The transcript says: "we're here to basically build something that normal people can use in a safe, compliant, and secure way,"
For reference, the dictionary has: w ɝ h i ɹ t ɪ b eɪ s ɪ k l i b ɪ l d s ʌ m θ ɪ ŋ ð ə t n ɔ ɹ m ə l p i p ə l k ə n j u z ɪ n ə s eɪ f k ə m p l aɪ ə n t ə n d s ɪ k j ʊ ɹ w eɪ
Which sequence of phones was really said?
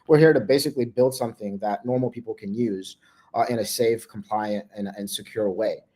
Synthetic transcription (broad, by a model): w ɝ h i ɹ t ɪ b eɪ s ɪ k l i b ɪ l d s ʌ m θ ɪ ŋ ð ə t n ɔ ɹ m l p i p l k ə n j u z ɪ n ə s eɪ f k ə m p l aɪ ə n t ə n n s ɪ k j ʊ ɹ w eɪ